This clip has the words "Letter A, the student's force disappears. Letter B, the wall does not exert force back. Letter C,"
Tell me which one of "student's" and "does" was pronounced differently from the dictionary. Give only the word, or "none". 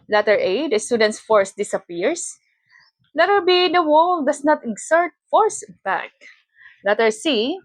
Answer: does